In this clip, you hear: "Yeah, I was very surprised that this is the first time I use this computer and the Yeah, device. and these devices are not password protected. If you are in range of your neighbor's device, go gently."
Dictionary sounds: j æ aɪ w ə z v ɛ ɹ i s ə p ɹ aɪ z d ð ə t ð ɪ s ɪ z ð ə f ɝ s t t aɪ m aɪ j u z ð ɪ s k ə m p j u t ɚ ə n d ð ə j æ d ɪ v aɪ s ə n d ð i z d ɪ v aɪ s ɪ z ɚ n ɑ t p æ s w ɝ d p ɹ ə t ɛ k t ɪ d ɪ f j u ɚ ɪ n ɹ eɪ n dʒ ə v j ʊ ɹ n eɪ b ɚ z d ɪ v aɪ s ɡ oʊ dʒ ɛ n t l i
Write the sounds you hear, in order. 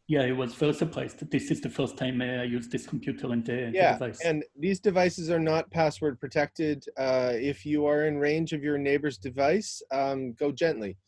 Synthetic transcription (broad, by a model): j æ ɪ w ə z f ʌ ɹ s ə p l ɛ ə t ð ɪ s ɪ z ð ə f ɝ s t t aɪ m aɪ j u z ð ɪ s k m p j u t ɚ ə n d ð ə j æ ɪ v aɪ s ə n ð i z d ɪ v aɪ s ɪ z ɚ n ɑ t p æ s w ɝ d p ɹ ə t ɛ k t ɪ d ɪ f j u ɚ ɪ n ɹ eɪ n dʒ ə v j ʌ ɹ n eɪ b ɚ z d ɪ v aɪ s ɡ oʊ dʒ ɛ n t l i